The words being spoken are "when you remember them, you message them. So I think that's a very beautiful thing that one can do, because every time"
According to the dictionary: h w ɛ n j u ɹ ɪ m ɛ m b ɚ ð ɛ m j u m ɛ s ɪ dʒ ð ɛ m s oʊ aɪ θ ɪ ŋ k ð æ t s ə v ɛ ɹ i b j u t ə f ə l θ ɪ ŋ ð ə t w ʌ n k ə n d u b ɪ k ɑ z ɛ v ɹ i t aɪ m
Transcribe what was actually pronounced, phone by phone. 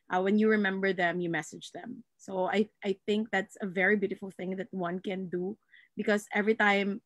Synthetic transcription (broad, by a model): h w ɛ n j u ɹ ɪ m ɛ m b ɚ ð ɛ m j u m ɛ s ɪ dʒ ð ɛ m s oʊ aɪ θ ɪ ŋ k ð æ t s ə v ɛ ɹ i b j u t ə f ə l θ ɪ ŋ ð ə t w ʌ n k ə n d u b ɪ k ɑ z ɛ v ɹ i t aɪ m